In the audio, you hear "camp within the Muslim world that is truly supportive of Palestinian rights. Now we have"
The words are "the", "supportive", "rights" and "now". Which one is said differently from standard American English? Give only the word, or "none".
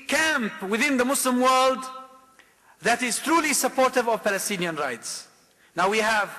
none